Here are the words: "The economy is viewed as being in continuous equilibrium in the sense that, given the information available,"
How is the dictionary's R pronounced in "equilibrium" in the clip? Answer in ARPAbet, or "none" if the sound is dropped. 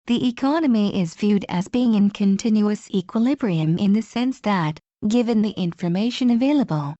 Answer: R